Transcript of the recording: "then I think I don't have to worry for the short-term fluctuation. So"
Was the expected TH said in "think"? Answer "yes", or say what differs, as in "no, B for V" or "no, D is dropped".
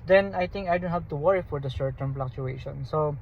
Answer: no, T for TH